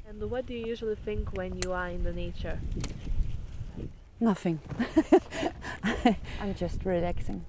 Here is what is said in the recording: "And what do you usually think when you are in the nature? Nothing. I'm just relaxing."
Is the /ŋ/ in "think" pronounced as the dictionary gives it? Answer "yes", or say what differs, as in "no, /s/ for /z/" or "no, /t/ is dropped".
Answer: yes